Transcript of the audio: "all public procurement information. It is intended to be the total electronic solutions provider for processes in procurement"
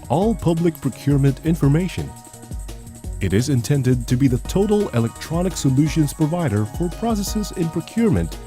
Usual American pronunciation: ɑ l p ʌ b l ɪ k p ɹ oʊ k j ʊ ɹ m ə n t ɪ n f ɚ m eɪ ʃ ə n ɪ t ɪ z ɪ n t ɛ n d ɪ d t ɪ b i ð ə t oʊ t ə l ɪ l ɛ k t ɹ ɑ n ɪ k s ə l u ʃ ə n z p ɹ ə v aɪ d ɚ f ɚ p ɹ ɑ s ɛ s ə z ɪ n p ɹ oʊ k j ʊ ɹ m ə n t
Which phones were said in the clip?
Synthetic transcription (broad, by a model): ɑ l p ʌ b l ɪ k p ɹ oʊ k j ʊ ɹ m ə n t ɪ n f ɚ m eɪ ʃ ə n ɪ t ɪ z ɪ n t ɛ n d ɪ d t ɪ b i ð ə t oʊ t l ɪ l ɛ k t ɹ ɑ n ɪ k s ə l u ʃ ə n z p ɹ ə v aɪ d ɚ f ɚ p ɹ ɑ s ɛ s ə z ɪ n p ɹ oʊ k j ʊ ɹ m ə n t